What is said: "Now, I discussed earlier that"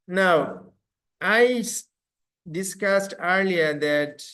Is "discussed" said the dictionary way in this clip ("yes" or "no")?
yes